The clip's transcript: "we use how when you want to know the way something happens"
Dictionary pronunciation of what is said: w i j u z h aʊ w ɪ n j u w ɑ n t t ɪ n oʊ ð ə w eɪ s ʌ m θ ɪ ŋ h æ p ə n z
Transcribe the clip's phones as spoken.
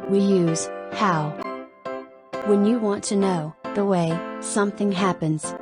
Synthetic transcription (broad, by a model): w i j u z h aʊ w ɪ n j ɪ w ɑ n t t ɪ n oʊ ð ə w eɪ s ʌ m θ ɪ ŋ h æ p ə n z